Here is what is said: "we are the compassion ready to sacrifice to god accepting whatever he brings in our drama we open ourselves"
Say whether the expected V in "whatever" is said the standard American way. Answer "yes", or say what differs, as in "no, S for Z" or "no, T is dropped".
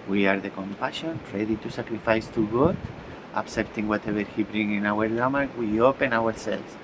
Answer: no, B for V